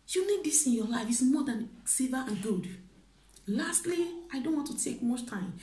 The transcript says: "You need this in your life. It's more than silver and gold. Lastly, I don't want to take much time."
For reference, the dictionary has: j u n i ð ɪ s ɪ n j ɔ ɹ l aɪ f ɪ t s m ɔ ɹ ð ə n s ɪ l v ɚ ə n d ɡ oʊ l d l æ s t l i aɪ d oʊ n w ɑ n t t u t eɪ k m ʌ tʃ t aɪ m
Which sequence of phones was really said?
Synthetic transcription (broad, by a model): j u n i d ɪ s ɪ n j ɔ l aɪ f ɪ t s m ɔ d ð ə n s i v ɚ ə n ɡ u d l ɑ s t l i aɪ d oʊ n w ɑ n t t u t eɪ k m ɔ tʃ t aɪ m